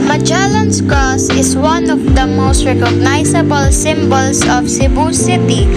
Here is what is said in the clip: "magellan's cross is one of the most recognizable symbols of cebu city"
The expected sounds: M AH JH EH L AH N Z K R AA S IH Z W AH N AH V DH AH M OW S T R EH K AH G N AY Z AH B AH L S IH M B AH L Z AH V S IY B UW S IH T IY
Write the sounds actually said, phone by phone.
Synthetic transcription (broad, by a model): M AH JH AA L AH N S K AA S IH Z W AH N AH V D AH M OW S T R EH K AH G N AY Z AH B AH L S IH M B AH L S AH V S IY B UW S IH T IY